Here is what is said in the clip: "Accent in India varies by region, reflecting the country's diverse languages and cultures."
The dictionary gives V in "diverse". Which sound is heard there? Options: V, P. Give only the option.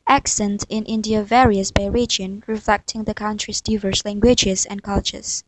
V